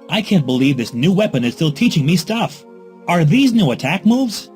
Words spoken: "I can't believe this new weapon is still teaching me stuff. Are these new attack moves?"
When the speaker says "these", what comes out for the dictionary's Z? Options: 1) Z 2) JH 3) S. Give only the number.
1